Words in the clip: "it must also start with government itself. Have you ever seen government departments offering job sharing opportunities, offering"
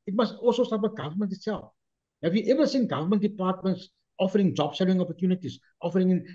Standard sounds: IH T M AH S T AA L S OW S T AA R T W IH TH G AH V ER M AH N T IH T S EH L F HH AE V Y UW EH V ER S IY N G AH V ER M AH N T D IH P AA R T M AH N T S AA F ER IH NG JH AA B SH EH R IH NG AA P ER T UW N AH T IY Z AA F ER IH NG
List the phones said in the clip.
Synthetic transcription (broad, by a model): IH T M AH S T AA L S OW S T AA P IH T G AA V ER M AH N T IH T S EH L F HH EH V Y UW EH V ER S IY N G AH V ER M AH N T D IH P AA T M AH N T S AA F ER IH NG JH AA B S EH L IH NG AA P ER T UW N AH T IY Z AA F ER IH NG